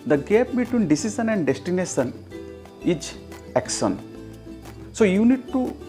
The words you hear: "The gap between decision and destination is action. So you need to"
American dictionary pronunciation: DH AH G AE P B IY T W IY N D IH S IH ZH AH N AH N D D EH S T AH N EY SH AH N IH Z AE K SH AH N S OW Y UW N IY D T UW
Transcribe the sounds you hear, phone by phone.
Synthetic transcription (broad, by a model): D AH G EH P B IY T W IY N D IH S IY S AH N AH N D D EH S T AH N EY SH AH N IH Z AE K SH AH N S OW Y UW N IY D T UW